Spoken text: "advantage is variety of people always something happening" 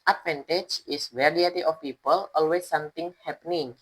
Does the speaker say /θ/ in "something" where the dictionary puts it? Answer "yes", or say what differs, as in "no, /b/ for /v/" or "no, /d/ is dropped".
no, /t/ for /θ/